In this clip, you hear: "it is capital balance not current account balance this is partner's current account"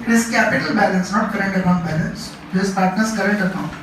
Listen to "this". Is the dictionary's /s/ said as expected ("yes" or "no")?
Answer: no